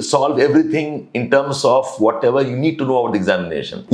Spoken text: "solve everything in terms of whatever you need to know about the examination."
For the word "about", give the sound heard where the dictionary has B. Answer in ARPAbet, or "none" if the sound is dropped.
none